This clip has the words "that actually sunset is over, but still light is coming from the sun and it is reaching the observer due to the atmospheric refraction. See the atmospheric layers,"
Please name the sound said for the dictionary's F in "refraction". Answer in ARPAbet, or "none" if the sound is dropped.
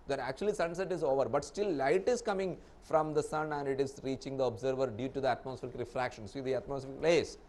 F